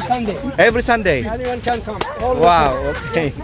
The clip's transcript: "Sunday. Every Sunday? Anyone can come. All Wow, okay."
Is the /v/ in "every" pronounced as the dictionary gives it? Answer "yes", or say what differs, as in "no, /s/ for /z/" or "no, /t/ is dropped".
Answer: no, /b/ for /v/